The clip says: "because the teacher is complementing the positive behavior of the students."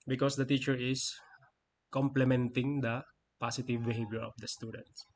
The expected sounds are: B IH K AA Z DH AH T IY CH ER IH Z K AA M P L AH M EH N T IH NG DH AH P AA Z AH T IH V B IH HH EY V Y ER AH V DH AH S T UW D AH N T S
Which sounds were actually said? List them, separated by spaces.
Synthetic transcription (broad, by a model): B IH K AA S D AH T IY CH ER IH S K AA M P L AH M EH N T IH NG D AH P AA S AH T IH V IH HH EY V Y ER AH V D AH S T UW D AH N T S